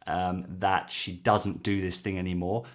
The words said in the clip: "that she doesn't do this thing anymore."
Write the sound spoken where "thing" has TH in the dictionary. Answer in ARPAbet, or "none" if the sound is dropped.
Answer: TH